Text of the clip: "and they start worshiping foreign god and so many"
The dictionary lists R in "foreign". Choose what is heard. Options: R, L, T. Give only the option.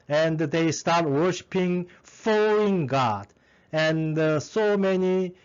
L